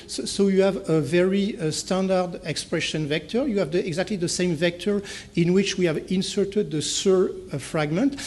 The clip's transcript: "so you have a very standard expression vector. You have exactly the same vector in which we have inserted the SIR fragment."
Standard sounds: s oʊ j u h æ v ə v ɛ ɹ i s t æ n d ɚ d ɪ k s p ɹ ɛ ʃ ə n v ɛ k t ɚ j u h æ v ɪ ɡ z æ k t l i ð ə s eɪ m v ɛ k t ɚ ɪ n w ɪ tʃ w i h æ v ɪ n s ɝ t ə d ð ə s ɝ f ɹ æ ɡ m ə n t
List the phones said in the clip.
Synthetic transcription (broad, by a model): s oʊ j u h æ v ə v ɛ ɹ i s t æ n d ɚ d ɪ k s p ɹ ɛ ʃ ə n v ɛ k t ɚ j u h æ v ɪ ɡ z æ k t l i ð ə s eɪ m v ɛ k t ɚ ɪ n w ɪ tʃ w i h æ v ɪ n s ɝ t ə d ð ə s ɝ f ɹ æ ɡ m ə n t